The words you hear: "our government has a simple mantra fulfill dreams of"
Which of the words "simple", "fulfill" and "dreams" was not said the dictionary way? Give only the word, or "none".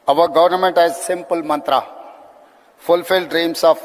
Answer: dreams